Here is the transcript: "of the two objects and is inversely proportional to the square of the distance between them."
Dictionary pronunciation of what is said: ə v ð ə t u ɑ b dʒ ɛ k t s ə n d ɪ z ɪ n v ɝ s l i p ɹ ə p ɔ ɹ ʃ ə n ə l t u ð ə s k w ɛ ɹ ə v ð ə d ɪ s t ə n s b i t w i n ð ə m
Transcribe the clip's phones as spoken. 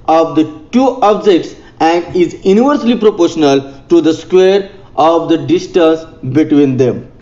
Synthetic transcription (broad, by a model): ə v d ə t u ɑ b dʒ ɛ k t s ə n d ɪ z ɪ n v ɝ s l i p ɹ ə p ɔ ɹ ʃ ə n ə l t u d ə s k w ɛ ɹ ə v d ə d ɪ s t ə n s b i t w i n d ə m